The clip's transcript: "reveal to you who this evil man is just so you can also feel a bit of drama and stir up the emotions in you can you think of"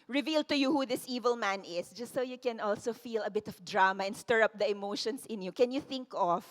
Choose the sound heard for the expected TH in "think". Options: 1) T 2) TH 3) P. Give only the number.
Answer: 2